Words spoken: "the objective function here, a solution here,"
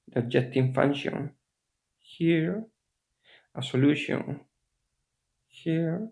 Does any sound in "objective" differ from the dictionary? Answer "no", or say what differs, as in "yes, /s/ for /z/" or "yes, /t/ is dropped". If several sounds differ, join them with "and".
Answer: yes, /b/ is dropped